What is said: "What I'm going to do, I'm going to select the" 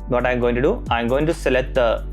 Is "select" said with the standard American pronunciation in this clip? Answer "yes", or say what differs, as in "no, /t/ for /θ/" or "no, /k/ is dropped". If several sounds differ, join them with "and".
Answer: no, /k/ is dropped